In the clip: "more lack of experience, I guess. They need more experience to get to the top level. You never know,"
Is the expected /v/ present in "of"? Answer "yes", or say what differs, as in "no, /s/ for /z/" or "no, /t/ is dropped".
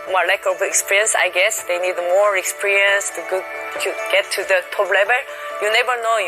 no, /b/ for /v/